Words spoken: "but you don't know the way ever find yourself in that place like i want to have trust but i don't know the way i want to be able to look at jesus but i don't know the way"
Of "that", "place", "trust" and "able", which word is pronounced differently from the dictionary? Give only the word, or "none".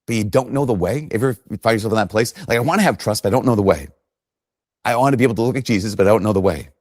able